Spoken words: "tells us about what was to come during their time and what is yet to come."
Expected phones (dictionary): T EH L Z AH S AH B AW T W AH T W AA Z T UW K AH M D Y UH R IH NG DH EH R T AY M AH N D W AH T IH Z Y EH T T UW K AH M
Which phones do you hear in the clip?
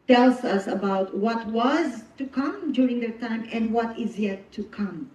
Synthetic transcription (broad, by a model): T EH L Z AH S AH B AW T W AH T W AA Z T UW K AH M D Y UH R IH NG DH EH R T AY M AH N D W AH T IH Z Y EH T T UW K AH M